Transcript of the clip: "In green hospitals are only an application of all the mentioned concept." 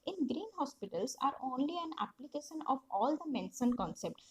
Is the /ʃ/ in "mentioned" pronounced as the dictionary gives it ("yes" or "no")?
no